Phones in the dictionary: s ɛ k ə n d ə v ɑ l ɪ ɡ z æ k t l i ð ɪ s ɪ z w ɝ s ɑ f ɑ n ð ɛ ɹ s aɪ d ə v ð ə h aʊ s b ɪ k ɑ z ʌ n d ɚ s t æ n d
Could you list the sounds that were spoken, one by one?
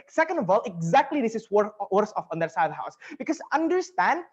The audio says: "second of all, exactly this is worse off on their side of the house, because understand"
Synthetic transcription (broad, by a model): s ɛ k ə n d ə v ɑ l ɪ ɡ z æ k t l i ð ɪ s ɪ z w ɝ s ɑ f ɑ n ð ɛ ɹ s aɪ ə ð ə h aʊ s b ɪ k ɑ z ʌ n d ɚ s t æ n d